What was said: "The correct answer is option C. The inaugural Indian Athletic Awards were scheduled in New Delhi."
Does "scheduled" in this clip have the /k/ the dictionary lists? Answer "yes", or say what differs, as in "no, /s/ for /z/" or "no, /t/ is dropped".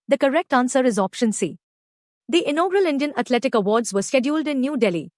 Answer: yes